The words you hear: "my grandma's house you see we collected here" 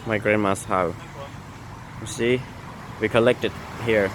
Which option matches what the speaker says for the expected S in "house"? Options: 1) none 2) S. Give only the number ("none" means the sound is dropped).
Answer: 1